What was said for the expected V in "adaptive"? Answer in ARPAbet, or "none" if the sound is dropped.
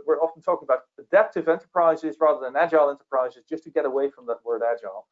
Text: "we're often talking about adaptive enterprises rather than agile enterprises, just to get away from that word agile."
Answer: V